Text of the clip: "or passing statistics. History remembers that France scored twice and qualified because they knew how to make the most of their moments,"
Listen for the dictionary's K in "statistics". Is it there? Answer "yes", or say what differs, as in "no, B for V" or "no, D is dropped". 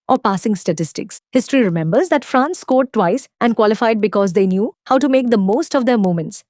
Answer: yes